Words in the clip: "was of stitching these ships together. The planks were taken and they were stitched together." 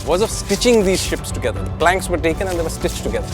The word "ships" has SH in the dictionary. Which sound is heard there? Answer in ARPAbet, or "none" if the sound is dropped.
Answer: SH